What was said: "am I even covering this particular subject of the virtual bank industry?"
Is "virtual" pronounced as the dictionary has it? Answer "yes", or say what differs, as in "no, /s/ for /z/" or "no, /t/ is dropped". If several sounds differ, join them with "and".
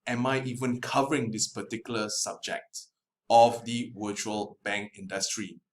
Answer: no, /w/ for /v/